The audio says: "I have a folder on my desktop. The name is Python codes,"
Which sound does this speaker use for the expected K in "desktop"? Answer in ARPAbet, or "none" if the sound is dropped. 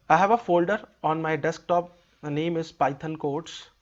K